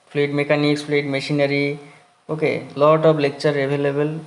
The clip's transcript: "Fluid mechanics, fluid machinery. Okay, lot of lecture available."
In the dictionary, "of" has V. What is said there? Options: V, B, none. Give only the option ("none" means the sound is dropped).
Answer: B